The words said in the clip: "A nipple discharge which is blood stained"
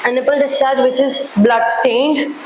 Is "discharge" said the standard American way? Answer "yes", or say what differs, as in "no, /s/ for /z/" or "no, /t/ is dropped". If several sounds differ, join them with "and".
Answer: no, /tʃ/ is dropped